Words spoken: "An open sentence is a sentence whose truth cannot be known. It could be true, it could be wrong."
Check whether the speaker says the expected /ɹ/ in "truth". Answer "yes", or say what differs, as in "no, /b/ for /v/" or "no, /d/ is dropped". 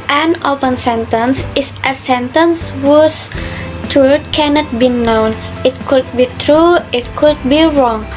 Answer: no, /ɹ/ is dropped